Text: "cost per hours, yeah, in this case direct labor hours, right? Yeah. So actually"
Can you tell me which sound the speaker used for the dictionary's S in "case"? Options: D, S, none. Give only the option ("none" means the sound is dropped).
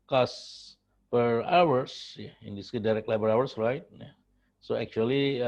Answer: none